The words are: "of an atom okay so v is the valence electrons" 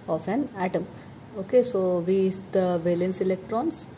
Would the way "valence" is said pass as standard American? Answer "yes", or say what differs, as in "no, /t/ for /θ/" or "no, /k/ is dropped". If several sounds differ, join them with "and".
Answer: yes